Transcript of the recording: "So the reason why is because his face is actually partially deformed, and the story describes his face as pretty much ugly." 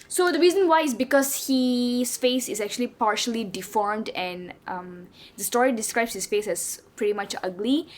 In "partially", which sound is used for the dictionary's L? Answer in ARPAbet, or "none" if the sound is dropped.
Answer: L